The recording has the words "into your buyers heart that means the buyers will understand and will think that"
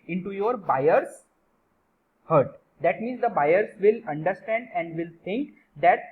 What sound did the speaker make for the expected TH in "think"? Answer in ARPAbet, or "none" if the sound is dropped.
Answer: T